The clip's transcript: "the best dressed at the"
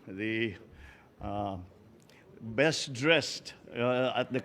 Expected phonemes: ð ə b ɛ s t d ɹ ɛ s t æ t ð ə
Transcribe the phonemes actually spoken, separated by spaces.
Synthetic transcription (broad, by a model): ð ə b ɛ s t d ɹ ɛ s t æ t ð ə